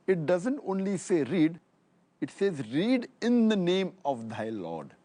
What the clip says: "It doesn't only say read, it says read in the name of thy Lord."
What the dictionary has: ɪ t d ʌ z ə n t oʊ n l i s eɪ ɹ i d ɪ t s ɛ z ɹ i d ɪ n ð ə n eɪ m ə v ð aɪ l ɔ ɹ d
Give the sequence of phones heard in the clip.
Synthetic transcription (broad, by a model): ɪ t d ʌ z ə n t oʊ n l i s eɪ ɹ i d ɪ t s ɛ z ɹ i d ɪ n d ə n eɪ m ə v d aɪ l ɔ ɹ d